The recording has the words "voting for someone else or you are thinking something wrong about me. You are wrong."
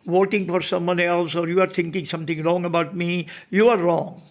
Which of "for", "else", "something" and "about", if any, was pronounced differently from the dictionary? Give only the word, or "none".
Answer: something